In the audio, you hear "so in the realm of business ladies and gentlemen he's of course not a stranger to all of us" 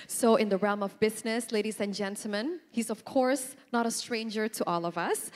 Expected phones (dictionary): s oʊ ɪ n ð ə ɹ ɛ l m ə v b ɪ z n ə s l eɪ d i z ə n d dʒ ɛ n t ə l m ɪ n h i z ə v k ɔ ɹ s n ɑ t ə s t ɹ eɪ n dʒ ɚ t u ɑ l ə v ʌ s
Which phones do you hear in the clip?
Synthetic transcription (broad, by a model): s oʊ ɪ n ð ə ɹ ɛ l m ə v b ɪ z n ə s l eɪ d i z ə n dʒ ɛ n t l m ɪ n h i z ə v k ɔ ɹ s n ɑ t ə s t ɹ eɪ n dʒ ɚ t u ɑ l ə v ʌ s